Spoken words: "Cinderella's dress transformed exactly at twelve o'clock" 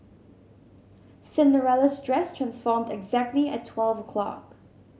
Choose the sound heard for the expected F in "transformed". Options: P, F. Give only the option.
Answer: F